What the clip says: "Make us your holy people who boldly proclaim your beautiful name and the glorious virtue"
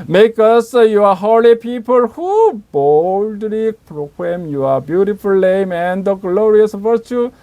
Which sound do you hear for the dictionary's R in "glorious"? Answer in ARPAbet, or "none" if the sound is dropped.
R